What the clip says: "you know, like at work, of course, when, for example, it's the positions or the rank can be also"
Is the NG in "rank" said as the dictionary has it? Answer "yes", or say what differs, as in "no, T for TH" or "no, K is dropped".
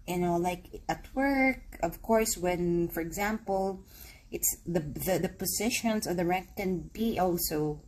no, NG is dropped